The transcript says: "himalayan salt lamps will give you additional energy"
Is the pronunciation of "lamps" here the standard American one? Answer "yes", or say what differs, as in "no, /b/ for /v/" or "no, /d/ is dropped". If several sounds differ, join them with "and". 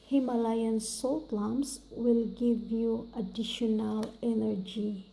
no, /p/ is dropped